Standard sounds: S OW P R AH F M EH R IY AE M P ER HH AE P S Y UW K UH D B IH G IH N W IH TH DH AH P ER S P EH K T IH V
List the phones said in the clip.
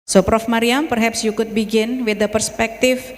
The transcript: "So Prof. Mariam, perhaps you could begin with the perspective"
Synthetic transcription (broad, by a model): S OW P R AH F M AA R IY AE M P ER HH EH P S Y UW K UH D B IH G IH N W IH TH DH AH P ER S P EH K T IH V